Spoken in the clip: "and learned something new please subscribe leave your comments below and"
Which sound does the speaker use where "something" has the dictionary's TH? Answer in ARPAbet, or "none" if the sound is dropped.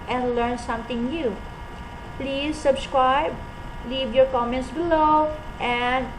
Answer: T